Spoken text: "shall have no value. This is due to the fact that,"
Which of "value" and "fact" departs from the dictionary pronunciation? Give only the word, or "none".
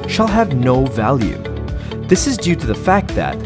none